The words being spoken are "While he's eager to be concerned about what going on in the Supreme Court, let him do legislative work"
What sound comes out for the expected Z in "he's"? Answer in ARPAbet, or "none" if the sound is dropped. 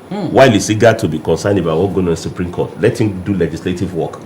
S